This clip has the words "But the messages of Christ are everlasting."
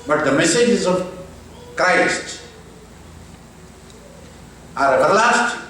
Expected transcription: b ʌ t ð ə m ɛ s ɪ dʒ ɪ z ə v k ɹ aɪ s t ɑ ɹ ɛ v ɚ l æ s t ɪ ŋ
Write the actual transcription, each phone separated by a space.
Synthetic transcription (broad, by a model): b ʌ t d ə m ɛ s ɪ dʒ ɪ z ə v k ɹ aɪ s t ɑ ɹ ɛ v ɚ l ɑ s t